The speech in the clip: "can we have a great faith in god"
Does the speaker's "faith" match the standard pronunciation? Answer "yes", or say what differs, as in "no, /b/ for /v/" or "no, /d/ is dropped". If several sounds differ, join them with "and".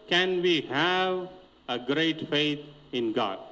no, /t/ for /θ/